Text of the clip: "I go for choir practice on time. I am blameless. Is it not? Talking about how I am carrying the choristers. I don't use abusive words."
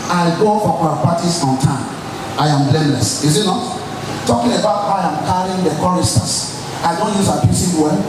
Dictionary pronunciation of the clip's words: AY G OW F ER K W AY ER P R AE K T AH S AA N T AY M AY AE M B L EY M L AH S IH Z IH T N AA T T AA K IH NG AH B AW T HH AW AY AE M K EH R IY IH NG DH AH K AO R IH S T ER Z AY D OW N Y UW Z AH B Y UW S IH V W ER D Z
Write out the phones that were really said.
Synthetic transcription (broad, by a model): AY G OW F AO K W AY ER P AA T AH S AA N T AY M AY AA M B L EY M L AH S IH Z IH T N AA T T AA K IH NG AH B AW T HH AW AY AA M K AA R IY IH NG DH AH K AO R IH S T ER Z AY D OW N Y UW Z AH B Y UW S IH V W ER